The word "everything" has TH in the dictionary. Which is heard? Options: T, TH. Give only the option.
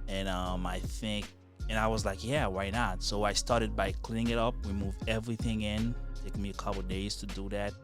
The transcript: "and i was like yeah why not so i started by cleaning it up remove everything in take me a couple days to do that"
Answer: TH